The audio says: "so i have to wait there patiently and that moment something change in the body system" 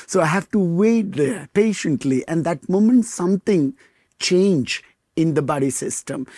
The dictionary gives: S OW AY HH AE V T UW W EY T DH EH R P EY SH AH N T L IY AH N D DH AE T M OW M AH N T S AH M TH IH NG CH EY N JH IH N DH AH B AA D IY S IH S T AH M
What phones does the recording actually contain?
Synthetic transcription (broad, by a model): S OW AY HH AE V T UW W EY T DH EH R P EY SH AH N T L IY AH N D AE T M OW M AH N T S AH M T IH NG CH EY N JH IH N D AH B AA D IY S IH S T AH M